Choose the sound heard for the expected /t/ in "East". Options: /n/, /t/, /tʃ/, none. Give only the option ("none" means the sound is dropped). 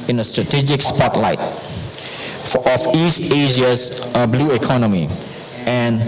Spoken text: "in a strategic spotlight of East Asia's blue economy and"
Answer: /t/